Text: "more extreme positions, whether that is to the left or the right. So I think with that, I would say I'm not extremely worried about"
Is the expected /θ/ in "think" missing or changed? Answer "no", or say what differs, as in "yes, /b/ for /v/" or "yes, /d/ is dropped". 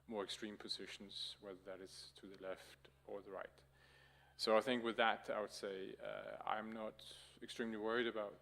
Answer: no